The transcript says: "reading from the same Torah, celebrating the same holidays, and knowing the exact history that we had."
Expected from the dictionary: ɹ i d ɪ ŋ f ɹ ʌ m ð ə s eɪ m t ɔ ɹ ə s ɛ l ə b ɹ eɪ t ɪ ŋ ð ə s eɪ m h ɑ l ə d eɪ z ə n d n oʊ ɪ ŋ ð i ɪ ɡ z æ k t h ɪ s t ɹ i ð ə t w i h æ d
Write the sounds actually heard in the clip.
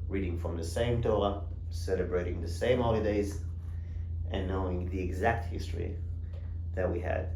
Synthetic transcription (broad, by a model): ɹ i d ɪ ŋ f ɹ ʌ m ð ə s eɪ m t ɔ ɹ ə s ɛ l ə b ɹ eɪ t ɪ ŋ ð ə s eɪ m h ɑ l ə d eɪ z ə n n oʊ ɪ ŋ ð i ɪ ɡ z æ k t h ɪ s t ɹ i ð ə t w i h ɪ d